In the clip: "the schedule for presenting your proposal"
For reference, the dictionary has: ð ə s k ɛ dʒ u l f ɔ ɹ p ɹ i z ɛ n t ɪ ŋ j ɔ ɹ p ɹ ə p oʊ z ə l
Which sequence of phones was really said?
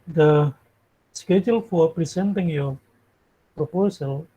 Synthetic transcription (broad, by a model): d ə s k ɛ dʒ u l f ɔ ɹ p ɹ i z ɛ n t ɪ ŋ j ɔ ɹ p ɹ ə p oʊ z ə l